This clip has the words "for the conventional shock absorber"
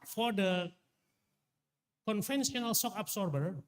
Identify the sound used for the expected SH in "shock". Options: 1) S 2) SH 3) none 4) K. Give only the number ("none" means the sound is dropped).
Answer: 1